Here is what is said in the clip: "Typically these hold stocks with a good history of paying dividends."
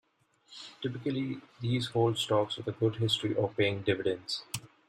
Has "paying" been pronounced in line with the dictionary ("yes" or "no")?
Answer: yes